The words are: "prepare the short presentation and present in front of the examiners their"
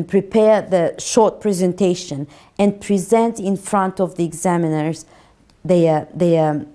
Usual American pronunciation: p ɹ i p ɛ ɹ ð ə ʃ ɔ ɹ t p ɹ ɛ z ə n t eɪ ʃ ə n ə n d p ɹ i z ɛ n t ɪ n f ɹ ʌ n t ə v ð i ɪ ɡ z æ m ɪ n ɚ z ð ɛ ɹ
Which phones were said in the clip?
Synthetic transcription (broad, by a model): p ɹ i p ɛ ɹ ð ə ʃ ɔ ɹ t p ɹ ɛ z ə n t eɪ ʃ ə n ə n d p ɹ i z ɛ n t ɪ n f ɹ ʌ n t ə v ð i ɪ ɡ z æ m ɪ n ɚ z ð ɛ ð